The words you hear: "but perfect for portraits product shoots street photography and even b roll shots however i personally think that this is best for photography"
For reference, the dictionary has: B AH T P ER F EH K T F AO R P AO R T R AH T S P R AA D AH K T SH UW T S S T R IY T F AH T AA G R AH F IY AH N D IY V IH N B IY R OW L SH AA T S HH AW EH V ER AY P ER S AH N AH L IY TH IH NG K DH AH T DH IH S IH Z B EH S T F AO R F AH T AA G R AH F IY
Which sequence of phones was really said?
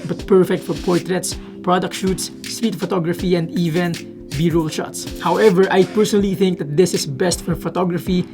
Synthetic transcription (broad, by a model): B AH T P ER F EH K T F AO R P AO R T R AH T S P R AA D AH K T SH UW T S S T R IY T F AH T AA G R AH F IY AH N D IY V IH N B IY R OW L SH AA T S HH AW EH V ER AY P ER S AH N AH L IY TH IH NG K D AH T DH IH S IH S B EH S T F AO R F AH T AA G R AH F IY